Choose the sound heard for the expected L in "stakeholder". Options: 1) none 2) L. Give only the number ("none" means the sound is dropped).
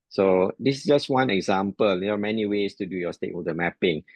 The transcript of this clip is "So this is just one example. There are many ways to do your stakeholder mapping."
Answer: 1